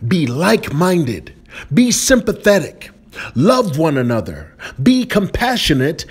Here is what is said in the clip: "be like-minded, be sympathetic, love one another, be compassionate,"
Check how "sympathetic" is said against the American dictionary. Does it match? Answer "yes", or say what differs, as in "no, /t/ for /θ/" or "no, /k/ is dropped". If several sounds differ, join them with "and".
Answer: yes